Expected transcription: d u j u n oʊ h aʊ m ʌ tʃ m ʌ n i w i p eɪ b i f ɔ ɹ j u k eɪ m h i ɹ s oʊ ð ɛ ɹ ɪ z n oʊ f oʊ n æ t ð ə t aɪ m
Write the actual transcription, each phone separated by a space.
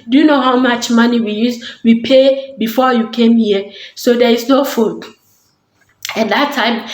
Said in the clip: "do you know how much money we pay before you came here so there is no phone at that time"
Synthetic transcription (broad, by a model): d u j u n oʊ h aʊ m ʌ tʃ m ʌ n i w i p eɪ b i f ɔ j u k eɪ m h i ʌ s oʊ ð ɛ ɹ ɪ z n oʊ f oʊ æ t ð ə t aɪ m